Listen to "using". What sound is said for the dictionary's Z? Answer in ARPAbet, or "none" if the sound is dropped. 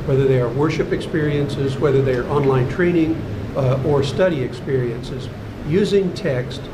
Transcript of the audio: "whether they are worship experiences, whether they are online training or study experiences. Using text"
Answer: Z